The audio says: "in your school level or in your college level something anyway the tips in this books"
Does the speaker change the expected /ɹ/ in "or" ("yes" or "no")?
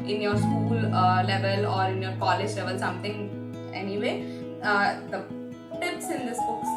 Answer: no